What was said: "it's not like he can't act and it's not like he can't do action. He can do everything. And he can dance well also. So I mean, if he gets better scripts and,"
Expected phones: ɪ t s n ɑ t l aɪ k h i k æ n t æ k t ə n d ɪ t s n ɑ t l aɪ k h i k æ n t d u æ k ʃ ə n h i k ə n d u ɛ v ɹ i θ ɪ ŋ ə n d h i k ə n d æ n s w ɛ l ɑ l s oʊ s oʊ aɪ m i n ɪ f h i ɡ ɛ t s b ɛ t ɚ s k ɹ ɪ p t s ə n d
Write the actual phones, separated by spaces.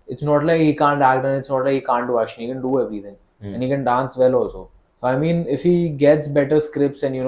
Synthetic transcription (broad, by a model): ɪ t s n ɑ t l aɪ k h i k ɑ n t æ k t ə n ɪ t s n ɑ t l aɪ k h i k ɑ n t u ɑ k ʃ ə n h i k ə n d u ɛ v ɹ i t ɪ ŋ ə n h i k ə n d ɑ n s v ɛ l ɑ l s oʊ s oʊ aɪ m i n ɪ f h i ɡ ɛ t s b ɛ t ɚ s k ɹ ɪ p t s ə n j